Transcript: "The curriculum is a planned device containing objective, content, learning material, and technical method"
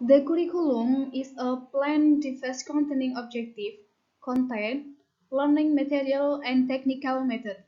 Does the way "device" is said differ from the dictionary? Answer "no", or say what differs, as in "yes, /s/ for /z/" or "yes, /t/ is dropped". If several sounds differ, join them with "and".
yes, /f/ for /v/